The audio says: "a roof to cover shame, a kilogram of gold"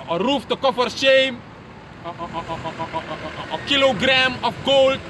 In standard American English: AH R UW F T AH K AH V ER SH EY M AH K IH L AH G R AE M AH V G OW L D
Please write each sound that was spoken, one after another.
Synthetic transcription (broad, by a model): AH R UW F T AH K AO F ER SH EY M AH K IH L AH G R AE M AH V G OW L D